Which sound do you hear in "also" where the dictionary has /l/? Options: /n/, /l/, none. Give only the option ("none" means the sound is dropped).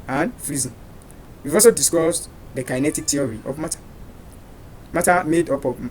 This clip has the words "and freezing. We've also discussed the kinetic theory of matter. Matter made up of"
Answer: none